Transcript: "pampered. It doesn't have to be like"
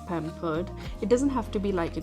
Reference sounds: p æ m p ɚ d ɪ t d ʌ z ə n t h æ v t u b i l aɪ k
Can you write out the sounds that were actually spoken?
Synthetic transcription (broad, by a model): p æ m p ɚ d ɪ t d ʌ z ə n t h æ f t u b i l aɪ k